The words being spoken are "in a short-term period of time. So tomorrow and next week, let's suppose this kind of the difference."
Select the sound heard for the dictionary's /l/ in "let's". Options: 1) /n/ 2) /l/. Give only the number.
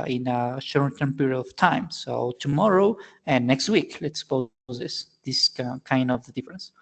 2